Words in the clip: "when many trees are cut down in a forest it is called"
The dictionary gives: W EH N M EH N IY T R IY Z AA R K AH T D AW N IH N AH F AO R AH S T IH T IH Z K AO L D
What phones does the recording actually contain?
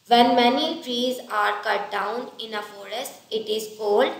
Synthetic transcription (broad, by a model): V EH N M EH N IY T R IY Z AA R K AH T D AW N IH N AH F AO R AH S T IH T IH Z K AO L D